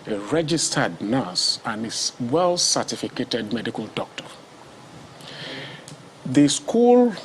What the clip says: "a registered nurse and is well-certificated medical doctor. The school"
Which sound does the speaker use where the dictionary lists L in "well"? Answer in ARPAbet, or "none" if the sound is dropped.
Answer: L